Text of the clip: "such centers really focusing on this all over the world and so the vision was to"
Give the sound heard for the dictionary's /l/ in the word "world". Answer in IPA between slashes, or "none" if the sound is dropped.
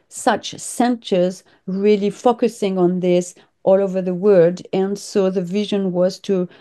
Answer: none